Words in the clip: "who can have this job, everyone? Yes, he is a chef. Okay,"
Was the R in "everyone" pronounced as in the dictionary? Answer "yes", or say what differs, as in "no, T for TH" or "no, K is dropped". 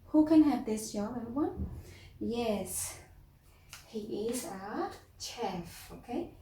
no, R is dropped